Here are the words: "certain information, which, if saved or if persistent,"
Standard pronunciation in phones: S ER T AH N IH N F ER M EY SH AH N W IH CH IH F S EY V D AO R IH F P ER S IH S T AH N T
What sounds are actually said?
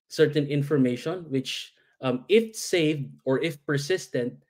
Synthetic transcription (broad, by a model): S ER T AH N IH N F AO M EY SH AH N W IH CH IH F S EY V D AO R IH F P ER S IH S T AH N T